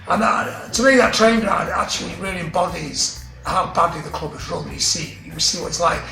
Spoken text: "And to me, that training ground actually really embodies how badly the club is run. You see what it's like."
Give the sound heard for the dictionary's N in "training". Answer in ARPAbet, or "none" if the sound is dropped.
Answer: none